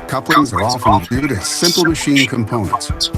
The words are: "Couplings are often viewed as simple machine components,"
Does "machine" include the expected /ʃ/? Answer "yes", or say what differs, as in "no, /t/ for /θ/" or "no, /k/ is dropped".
yes